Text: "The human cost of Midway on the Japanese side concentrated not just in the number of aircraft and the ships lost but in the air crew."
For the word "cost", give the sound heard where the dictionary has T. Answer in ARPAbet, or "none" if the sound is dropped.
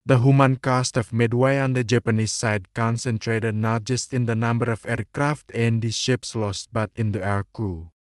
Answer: T